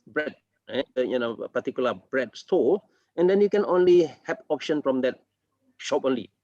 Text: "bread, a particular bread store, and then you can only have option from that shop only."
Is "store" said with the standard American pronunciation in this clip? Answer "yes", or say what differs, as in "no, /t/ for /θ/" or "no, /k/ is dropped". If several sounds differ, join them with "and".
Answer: no, /l/ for /ɹ/